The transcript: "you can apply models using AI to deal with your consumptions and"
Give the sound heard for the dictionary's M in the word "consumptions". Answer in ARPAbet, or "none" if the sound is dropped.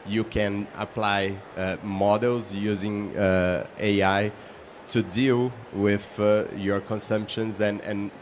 M